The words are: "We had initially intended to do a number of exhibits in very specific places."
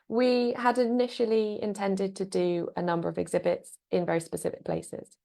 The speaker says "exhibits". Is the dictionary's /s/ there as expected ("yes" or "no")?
yes